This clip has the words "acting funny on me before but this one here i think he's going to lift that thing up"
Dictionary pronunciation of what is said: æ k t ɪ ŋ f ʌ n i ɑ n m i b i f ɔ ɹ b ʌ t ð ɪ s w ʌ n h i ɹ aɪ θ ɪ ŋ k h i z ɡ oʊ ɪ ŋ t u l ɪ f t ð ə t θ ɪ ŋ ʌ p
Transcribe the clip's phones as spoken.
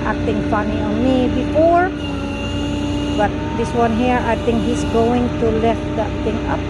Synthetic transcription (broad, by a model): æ k t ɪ ŋ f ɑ n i ɑ n m i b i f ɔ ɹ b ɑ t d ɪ s w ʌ n h i ɹ aɪ t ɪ ŋ k h i s ɡ oʊ ɪ ŋ t u l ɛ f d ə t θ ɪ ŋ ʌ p